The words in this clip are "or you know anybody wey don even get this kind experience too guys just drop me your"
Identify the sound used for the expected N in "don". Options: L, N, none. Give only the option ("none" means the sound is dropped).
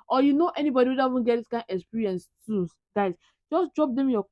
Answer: none